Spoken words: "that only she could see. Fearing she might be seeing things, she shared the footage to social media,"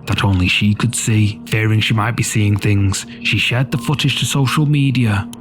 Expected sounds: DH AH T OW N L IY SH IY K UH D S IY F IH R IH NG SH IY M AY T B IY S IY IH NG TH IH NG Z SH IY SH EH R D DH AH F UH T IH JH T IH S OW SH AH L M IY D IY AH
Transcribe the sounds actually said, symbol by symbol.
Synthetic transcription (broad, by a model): DH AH T OW N L IY SH IY K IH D S IY F IH R IH NG SH IY M AY T B IY S IY IH NG TH IH NG Z SH IY SH EH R D DH AH F UH T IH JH T IH S OW SH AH L M IY D IY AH